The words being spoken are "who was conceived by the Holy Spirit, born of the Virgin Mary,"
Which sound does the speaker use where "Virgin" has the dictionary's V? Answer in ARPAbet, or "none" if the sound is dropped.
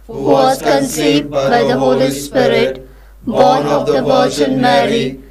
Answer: P